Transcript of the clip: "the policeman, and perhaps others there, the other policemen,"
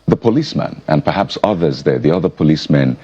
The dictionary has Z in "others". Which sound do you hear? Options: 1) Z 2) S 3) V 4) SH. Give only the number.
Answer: 1